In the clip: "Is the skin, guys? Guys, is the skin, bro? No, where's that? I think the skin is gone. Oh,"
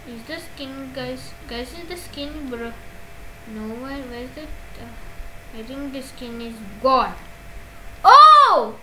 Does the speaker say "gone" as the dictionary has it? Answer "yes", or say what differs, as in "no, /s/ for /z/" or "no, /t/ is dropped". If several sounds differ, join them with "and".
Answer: no, /l/ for /n/